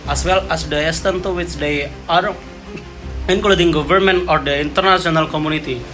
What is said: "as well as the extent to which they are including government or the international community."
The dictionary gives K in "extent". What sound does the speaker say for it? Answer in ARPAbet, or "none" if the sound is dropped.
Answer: none